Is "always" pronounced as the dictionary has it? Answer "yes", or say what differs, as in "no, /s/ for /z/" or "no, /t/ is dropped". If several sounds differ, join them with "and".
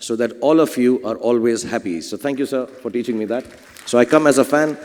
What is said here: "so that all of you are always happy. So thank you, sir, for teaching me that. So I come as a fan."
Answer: yes